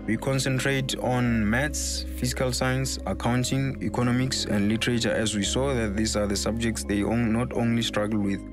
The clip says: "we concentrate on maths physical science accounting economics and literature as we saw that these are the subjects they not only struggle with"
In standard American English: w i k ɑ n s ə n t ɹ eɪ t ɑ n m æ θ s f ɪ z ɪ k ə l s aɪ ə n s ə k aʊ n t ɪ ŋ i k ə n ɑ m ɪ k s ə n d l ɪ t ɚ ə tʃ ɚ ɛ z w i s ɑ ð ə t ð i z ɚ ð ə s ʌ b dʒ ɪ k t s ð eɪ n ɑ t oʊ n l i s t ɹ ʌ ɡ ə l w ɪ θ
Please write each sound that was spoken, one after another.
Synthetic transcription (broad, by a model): w i k ɑ n s ə n t ɹ eɪ t ɑ n m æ t s f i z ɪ k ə l s aɪ ə n s ə k aʊ n t ɪ ŋ i k ə n ɑ m ɪ k s ə n d l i t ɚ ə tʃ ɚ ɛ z w i s ɑ ð ə t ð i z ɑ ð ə s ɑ b dʒ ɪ k t s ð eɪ n ɑ t oʊ n l i s t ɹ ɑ ɡ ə l w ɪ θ